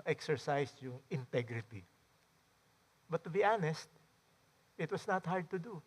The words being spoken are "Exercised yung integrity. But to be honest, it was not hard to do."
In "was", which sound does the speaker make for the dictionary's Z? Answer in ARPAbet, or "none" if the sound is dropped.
S